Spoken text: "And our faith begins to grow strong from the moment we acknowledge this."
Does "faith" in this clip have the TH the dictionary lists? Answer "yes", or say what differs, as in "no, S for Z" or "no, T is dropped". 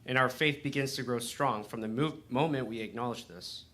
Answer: yes